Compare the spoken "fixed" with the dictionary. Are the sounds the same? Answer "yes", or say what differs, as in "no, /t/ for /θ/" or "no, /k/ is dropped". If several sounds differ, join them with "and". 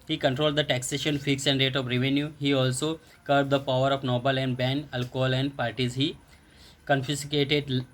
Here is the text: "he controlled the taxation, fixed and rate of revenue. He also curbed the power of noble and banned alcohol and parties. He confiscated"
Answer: no, /t/ is dropped